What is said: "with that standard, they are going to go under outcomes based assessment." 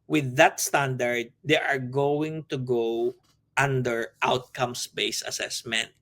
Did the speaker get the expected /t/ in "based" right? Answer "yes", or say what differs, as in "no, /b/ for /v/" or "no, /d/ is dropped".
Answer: no, /t/ is dropped